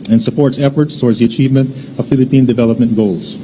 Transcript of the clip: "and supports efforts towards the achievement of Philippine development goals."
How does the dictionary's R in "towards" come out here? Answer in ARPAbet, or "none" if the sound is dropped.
R